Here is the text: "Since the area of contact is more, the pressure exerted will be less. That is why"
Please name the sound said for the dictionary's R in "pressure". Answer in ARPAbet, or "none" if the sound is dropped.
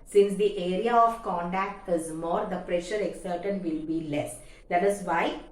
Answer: R